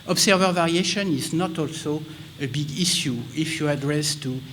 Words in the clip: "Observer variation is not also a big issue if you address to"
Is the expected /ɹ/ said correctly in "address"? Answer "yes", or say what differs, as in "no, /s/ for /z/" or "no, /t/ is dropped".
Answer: yes